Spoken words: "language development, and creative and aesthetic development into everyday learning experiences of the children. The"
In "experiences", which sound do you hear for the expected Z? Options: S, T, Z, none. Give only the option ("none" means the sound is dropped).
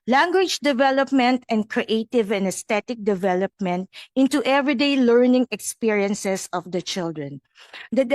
S